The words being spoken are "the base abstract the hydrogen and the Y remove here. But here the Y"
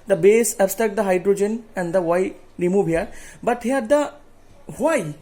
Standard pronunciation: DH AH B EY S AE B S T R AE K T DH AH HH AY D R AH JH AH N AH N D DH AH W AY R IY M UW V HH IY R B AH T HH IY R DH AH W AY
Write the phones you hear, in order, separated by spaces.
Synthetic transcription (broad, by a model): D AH B EY S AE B S T AE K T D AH HH AY D R AH JH AH N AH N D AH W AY R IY M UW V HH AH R B AH T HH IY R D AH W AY